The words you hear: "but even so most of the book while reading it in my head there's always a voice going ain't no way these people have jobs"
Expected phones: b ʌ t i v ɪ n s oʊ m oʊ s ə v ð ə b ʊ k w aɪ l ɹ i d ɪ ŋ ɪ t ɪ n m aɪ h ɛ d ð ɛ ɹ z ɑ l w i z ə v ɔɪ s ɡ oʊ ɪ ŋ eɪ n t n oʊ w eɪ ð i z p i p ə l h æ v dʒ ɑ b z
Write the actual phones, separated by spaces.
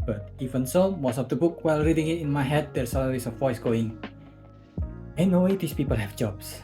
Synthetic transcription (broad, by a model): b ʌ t i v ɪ n s oʊ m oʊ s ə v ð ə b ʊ k w aɪ l ɹ i d ɪ ŋ ɪ t ɪ n m aɪ h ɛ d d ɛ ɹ s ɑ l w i s ə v ɔɪ s ɡ oʊ ɪ ŋ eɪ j n oʊ w eɪ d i s p i p ə l h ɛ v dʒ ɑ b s